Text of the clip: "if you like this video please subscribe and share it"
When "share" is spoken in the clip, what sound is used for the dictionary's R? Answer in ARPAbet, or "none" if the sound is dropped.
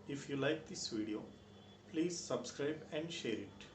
R